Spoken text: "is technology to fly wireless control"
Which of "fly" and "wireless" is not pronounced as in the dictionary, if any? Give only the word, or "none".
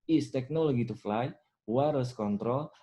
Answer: wireless